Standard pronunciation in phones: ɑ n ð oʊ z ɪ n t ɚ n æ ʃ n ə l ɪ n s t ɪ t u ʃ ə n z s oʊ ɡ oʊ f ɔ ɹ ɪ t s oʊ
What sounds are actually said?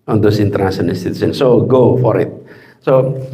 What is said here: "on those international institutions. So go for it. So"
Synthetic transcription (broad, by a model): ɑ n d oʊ s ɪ n t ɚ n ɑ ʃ ə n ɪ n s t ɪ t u s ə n s oʊ ɡ oʊ f ɔ ɹ ɪ t s oʊ